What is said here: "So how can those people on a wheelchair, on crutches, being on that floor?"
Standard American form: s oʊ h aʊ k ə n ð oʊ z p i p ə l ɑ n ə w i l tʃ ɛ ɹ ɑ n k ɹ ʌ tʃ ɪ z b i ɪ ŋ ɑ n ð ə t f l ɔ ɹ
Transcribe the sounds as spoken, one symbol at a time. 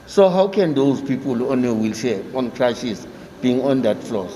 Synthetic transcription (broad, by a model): s oʊ h aʊ k ə n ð oʊ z p i p ə l ɑ n ə w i l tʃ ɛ ɑ n k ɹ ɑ ʃ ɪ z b i ŋ ɑ n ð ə t f l ɔ